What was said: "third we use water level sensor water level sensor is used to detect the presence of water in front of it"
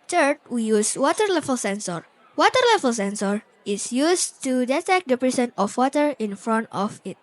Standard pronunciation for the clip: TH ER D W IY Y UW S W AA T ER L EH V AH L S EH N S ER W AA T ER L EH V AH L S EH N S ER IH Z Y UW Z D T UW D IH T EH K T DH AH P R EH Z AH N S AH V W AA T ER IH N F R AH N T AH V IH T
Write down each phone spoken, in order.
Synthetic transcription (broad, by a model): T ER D W IY Y UW S W AA T ER L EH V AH L S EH N S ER W AA T ER L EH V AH L S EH N S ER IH S Y UW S T UW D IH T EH K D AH P R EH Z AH N AH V W AA T ER IH N F R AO N T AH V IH T